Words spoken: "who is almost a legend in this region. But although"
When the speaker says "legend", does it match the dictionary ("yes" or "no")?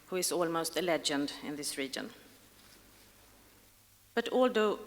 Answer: yes